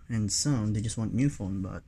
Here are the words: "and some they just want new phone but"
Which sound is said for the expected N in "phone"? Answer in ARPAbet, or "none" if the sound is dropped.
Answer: L